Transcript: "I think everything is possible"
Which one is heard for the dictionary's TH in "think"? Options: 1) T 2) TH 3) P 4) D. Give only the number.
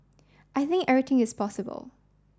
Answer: 2